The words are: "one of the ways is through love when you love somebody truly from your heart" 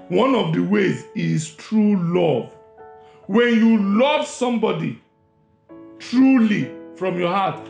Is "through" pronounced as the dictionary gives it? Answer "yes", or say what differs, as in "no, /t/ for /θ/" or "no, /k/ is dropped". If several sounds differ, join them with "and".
no, /t/ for /θ/